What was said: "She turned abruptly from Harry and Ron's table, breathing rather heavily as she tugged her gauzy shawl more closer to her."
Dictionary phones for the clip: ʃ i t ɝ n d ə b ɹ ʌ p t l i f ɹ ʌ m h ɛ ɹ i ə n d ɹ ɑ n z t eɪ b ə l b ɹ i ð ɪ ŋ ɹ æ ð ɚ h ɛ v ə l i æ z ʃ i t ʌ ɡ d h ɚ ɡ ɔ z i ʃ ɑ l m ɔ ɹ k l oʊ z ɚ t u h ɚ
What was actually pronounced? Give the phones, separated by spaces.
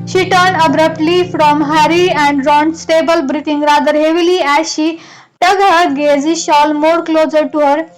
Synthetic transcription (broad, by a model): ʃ i t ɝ n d ə b ɹ ʌ p t l i f ɹ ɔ m h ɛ ɹ i ə n d ɹ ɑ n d t eɪ b ə l b ɹ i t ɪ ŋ ɹ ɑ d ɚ h ɛ v ə l i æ ʃ i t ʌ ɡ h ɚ ɡ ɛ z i ʃ ɑ l m ɔ ɹ k l oʊ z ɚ t u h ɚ